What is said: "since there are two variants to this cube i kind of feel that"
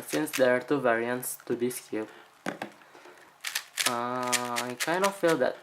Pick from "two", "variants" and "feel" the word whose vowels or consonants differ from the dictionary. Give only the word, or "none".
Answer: none